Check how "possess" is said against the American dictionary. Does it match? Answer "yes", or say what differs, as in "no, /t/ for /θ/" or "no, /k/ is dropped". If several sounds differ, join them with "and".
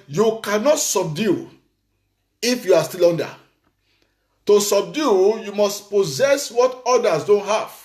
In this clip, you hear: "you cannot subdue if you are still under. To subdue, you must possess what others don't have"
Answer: yes